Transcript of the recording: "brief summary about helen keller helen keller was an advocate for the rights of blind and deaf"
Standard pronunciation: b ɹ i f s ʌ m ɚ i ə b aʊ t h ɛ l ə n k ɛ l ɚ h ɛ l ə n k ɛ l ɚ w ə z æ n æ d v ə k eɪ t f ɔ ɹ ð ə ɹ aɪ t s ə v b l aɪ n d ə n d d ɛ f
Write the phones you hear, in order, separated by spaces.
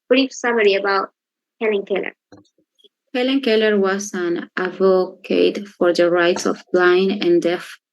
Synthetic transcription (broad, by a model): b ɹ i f s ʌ m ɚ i ə b aʊ t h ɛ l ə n k ɛ l ɚ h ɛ l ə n k ɛ l ɚ w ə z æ n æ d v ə k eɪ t f ɔ ɹ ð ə ɹ aɪ t s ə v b l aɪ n ə n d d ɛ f